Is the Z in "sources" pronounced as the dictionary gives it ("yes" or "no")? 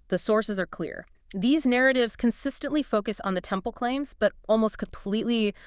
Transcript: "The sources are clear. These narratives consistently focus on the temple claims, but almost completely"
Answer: yes